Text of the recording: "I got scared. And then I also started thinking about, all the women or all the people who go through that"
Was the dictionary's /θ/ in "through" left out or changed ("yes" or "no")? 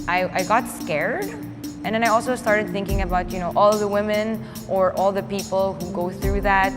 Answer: no